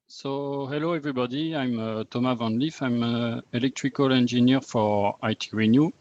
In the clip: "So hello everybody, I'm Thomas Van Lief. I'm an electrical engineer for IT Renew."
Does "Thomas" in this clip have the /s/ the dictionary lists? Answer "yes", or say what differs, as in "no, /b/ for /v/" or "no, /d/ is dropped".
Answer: no, /s/ is dropped